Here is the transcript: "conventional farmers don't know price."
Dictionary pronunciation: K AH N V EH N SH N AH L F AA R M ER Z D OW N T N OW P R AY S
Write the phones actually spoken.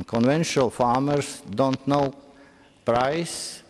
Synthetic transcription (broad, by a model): K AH N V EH N SH N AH L F AA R M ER S D OW N T N OW P R AY S